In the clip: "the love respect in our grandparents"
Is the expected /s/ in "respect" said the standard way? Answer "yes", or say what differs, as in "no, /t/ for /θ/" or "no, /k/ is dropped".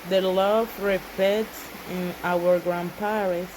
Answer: no, /s/ is dropped